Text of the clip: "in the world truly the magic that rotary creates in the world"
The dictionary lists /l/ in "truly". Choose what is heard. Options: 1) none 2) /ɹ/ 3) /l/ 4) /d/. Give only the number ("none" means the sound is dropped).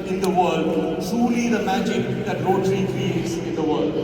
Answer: 3